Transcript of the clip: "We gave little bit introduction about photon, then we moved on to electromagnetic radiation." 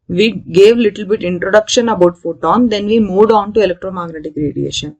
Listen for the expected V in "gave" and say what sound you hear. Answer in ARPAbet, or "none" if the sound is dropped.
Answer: V